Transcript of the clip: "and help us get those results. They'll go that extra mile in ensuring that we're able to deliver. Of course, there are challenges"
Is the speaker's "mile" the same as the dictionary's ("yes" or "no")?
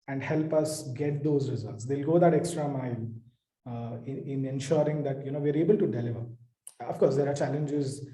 no